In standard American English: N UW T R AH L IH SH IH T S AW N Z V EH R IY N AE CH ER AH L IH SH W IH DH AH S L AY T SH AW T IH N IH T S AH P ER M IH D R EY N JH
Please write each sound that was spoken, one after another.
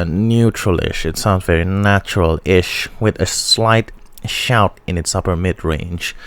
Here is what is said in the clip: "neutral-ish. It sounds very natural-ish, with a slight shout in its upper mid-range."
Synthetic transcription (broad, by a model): N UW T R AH L IH SH IH T S AW N Z V EH R IY N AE CH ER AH L IH SH W IH DH AH S L AY T SH AW T IH N IH T S AH P ER M IH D R EY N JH